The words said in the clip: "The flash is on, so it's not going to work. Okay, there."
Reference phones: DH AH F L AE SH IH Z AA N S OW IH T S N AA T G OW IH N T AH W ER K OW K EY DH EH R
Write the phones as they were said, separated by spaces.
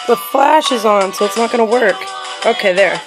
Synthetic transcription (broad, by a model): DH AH F L AE SH IH Z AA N S OW IH T S N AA T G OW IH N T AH W ER K OW K EY DH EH R